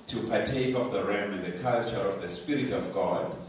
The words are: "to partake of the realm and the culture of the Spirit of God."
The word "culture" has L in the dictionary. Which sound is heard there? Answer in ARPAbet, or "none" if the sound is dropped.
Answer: L